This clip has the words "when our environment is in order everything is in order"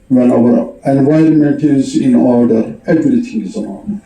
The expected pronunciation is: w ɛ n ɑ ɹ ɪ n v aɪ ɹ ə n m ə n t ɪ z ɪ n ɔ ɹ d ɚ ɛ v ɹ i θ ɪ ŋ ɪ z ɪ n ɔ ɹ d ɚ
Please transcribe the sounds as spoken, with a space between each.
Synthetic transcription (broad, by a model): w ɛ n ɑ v ɪ n v aɪ ɹ ə n m ə n t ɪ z ɪ n ɔ ɹ d ɚ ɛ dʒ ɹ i t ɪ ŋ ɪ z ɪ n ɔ